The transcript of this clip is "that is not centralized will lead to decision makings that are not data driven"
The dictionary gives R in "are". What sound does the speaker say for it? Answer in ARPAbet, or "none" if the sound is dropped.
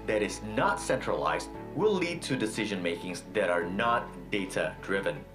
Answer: R